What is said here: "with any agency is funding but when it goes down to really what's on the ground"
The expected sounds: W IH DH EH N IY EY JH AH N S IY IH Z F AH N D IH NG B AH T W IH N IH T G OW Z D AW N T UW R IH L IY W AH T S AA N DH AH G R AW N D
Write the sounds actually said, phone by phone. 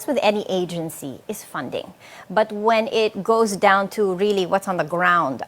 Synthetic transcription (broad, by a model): W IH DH EH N IY EY JH AH N S IY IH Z F AH N D IH NG B AH T W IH N IH T G OW Z D AW N T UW R IH L IY W AH T S N DH AH G R AW N D